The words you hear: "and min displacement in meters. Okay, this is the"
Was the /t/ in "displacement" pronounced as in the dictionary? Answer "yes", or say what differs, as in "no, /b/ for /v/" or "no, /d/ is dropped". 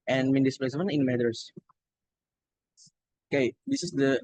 no, /t/ is dropped